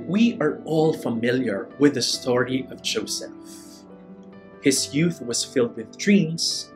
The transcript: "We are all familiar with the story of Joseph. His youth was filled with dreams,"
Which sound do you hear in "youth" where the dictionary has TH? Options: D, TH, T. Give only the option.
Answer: TH